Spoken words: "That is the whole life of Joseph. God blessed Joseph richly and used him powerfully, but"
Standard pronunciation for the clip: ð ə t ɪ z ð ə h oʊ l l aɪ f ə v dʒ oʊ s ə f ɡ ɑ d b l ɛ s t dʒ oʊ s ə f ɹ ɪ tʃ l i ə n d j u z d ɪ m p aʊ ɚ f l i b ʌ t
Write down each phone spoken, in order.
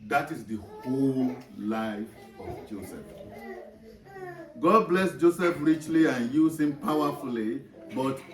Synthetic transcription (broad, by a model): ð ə t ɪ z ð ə h oʊ l l aɪ f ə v dʒ oʊ s ə f ɡ ɑ d b l ɛ s dʒ oʊ s ə f ɹ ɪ tʃ l i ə n j u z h ɪ m p aʊ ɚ f l i b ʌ t